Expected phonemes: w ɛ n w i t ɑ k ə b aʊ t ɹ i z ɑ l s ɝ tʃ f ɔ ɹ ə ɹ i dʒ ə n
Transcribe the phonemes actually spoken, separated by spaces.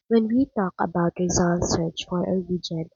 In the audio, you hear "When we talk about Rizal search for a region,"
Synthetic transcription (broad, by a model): w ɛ n w i t ɑ k ə b aʊ t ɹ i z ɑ n s ɝ tʃ f ɔ ɹ ə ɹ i dʒ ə n